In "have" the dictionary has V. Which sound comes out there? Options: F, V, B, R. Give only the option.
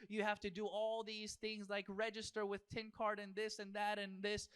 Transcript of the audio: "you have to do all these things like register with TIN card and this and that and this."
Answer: F